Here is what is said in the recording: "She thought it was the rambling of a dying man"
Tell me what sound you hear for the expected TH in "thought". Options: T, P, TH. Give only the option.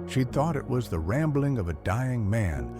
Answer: TH